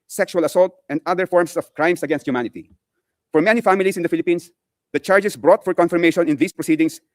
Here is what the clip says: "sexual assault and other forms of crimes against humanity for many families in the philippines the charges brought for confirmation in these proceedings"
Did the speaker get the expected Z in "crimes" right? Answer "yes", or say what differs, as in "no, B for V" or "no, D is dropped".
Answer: no, S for Z